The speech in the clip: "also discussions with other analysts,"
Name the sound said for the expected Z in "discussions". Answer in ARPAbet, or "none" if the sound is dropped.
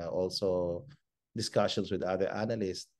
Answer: S